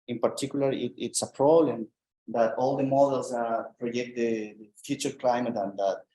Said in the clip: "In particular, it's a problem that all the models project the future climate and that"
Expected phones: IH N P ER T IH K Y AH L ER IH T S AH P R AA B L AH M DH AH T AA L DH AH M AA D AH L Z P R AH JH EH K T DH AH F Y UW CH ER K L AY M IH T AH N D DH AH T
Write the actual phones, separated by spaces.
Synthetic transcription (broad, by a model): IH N P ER T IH K Y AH L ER IH T S AH P R AA B L AH M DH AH T AA L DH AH M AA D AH L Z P R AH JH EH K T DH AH F Y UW CH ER K L AY M IH T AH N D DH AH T